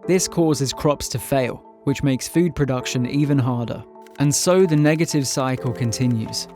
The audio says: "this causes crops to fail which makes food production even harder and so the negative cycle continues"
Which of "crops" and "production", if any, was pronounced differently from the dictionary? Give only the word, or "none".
none